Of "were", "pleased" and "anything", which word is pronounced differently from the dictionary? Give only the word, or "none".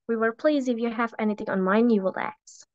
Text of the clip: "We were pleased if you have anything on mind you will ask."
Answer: pleased